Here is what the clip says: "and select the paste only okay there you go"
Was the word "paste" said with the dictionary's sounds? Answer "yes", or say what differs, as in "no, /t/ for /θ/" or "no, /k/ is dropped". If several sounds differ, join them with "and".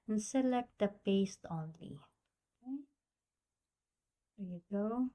yes